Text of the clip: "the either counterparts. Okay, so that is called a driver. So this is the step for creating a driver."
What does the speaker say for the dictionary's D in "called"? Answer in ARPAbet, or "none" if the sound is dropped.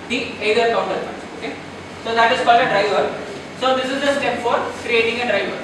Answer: none